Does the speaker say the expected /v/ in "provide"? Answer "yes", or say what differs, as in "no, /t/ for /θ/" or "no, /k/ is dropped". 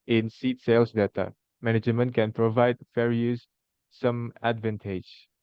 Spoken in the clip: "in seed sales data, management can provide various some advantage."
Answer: yes